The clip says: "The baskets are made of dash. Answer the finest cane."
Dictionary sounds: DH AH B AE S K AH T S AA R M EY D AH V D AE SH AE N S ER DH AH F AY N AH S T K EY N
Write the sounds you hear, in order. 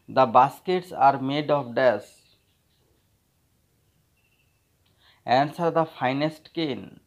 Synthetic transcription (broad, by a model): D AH B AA S K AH T S AA R M EY D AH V D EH S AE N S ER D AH F AY N AH S T K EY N